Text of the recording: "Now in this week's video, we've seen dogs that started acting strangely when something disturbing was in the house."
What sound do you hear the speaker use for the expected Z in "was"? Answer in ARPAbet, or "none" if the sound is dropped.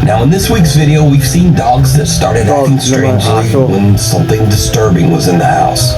Z